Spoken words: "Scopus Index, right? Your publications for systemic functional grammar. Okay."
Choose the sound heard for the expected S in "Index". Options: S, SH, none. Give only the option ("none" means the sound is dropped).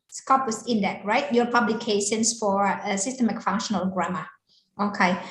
none